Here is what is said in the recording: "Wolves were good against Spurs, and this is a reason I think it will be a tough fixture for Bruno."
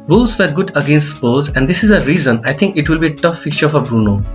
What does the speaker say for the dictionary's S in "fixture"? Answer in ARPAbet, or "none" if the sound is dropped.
none